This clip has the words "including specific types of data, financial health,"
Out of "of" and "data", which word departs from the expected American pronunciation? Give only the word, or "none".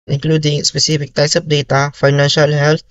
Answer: of